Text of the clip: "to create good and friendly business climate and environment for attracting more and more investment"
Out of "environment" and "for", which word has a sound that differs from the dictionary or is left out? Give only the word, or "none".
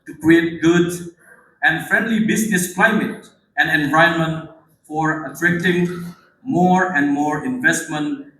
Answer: environment